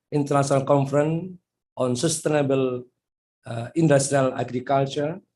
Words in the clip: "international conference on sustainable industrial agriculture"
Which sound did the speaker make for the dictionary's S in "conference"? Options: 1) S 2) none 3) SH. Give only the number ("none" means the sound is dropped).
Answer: 2